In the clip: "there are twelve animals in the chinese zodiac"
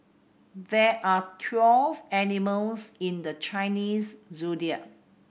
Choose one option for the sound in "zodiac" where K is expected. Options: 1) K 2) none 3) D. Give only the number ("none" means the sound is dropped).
2